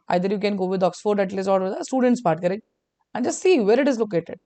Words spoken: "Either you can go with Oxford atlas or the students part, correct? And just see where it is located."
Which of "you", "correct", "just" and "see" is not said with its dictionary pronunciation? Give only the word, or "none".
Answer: correct